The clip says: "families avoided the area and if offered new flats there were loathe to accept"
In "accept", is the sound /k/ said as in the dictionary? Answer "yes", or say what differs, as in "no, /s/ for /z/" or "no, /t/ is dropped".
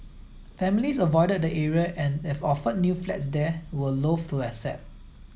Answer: no, /k/ is dropped